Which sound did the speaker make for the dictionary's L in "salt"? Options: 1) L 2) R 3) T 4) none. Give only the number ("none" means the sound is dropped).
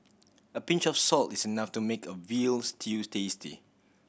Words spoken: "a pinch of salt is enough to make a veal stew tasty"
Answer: 1